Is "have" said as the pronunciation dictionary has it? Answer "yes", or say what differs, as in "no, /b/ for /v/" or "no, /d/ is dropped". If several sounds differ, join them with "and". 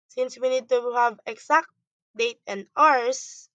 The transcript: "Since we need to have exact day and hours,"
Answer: yes